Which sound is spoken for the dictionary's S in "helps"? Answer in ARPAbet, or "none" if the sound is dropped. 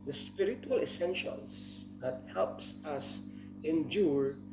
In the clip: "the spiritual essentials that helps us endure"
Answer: S